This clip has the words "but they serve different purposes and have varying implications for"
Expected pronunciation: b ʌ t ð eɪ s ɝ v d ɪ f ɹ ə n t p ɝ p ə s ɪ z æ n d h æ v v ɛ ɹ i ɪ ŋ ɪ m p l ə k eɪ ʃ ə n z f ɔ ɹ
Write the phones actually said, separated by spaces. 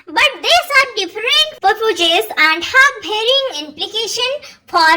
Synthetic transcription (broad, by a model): b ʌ t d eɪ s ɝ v d ɪ f ɹ ə n t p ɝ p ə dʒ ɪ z æ n d h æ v b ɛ ɹ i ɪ ŋ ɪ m p l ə k eɪ ʃ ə n f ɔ ɹ